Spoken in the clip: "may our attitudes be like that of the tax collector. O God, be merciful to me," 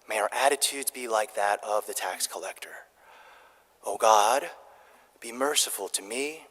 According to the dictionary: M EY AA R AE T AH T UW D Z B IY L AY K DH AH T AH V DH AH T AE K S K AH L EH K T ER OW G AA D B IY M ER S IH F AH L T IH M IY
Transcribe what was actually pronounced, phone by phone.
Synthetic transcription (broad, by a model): M EY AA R AE T AH T UW D Z B IY L AY K DH AH T AH V DH AH T AE K S K AH L EH K T ER OW G AA D B IY M ER S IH F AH L T IH M IY